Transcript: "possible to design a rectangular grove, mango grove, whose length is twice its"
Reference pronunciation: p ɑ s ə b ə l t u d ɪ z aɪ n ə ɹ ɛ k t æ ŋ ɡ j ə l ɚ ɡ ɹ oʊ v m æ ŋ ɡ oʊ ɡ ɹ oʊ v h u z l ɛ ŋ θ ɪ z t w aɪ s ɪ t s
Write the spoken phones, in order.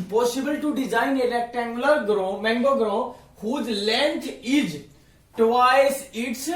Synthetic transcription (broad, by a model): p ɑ s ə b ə l t u d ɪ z aɪ n ə l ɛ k t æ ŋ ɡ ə l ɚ ɡ ɹ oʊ m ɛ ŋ ɡ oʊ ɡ ɹ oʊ h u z l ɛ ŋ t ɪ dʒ t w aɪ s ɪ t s